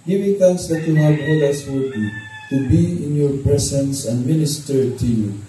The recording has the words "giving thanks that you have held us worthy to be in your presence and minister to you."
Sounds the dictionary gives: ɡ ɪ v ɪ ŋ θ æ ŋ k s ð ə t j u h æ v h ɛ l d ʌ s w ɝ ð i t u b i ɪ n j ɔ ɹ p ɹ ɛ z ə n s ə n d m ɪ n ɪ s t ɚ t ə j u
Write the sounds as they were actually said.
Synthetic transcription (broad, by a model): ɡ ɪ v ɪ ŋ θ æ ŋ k s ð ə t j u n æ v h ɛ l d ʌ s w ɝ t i t u b i ɪ n j ɔ ɹ p ɹ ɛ s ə n s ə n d m ɪ n ɪ s t ɚ t ə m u